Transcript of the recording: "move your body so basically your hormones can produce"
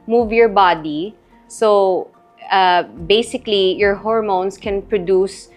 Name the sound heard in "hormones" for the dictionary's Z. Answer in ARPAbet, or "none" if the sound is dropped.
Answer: S